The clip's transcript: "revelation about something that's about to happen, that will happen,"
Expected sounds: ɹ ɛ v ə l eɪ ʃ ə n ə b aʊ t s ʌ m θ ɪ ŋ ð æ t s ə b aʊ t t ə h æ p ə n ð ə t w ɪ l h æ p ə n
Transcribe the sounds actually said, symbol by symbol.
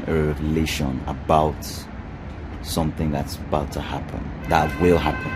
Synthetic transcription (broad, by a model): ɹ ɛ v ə l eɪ ʃ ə n ə b aʊ t s ʌ m θ ɪ ŋ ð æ t s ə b aʊ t t ə h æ p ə n ð ə t w ɪ l h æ p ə n